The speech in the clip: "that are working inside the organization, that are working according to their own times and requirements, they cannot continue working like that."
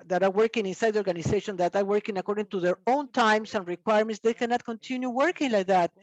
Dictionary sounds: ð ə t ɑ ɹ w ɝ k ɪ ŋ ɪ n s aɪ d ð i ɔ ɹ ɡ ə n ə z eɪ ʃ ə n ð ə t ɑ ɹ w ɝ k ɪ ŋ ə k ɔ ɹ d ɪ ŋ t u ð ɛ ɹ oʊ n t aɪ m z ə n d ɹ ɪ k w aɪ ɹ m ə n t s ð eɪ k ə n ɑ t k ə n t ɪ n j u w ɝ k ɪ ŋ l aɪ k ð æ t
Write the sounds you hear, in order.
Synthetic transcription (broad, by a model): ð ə t ɑ ɹ w ɝ k ɪ ŋ ɪ n s aɪ d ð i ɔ ɹ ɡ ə n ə s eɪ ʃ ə n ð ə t ɑ ɹ w ɝ k ɪ ŋ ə k ɔ ɹ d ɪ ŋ t u ð ɛ ɹ oʊ n t aɪ m s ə n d ɹ ɪ k w aɪ ɹ m ə n t s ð eɪ k ə n ɑ t k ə n t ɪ n j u w ɝ k ɪ ŋ l aɪ k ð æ t